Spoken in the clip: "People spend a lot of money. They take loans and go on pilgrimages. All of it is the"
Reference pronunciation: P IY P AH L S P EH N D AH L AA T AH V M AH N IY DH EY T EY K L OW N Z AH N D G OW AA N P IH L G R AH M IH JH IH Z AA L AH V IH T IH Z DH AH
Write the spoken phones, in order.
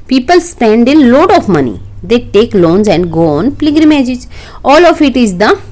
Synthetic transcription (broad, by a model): P IY P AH L S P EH N D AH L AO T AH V M AH N IY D EY T EY K L OW N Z AH N D G OW AA N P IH G R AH M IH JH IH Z AA L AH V IH T IH Z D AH